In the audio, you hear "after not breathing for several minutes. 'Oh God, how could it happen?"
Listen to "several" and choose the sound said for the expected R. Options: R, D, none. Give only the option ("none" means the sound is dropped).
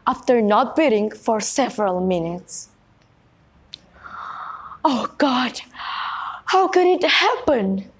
R